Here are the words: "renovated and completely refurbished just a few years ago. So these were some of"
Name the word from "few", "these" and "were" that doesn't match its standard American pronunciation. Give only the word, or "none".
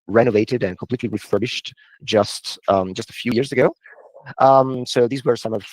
none